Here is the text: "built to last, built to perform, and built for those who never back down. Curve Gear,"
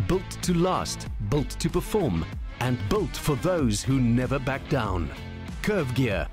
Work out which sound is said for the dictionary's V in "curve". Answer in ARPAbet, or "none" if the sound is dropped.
V